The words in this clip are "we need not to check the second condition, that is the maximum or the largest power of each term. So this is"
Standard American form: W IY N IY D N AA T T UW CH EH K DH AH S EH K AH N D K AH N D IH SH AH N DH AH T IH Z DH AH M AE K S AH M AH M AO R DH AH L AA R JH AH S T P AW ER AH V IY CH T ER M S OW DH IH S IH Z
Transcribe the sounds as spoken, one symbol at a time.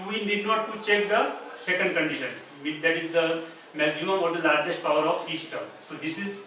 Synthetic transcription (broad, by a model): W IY N IY D N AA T T UW CH EH K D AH S EH K AH N D K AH N D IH SH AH N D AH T IH Z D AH M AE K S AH M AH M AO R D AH L AA R JH AH S T P AW ER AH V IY S T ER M S OW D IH S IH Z